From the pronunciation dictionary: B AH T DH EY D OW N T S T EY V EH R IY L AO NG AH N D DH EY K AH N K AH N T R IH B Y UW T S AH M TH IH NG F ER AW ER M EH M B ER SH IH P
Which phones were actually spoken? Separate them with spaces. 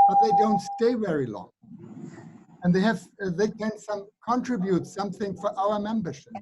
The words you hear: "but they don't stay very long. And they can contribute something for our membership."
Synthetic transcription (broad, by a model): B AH T DH EY D OW N T S T EY V EH R IY L AO NG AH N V DH EY K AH N K AH N T R IH B Y UW T S AH M TH IH NG F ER AW ER M EH M B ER SH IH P